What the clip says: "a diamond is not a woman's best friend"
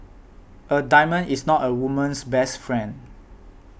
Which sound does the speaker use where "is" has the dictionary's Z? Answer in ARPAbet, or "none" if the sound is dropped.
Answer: S